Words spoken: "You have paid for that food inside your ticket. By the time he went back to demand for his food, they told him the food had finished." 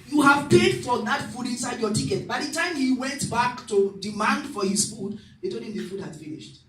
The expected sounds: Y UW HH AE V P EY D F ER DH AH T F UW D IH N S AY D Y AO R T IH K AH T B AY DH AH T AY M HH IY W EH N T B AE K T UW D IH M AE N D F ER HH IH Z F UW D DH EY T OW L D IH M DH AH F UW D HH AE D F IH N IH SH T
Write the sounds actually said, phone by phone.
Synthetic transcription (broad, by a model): Y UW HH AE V P EY D F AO DH AH T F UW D IH N S AY D Y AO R T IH K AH T B AY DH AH T AY M HH IY W EH N T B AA K T UW D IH M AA N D F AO HH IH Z F UW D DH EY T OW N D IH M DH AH F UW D HH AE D F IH N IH SH T